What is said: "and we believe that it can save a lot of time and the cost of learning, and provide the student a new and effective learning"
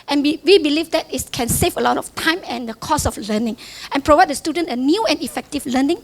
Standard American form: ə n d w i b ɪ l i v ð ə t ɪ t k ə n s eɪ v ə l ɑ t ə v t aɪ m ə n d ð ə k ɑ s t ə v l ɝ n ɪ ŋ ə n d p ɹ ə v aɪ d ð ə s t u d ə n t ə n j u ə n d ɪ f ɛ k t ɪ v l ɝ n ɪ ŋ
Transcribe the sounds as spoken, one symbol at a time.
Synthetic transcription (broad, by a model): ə n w w i b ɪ l i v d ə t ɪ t k ə n s eɪ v ə l ɑ t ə f t aɪ m ə n d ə k ɑ s ə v l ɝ n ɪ ŋ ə n p ɹ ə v aɪ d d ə s t u d ə n t ə n j u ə n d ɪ f ɛ k t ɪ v l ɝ n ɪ ŋ